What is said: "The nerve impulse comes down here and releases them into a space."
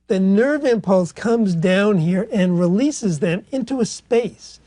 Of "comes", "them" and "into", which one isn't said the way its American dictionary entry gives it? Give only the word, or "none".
none